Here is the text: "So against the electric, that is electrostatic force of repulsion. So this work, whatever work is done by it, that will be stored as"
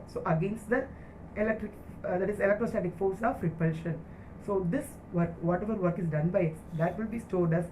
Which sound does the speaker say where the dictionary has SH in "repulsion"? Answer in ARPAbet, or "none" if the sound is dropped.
SH